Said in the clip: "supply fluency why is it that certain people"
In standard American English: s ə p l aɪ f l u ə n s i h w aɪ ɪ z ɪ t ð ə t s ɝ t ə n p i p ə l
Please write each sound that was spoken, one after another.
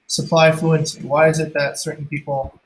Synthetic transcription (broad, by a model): s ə p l aɪ f l u ə n s i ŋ w aɪ ɪ z ɪ t ð ə t s ɝ t n p i p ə l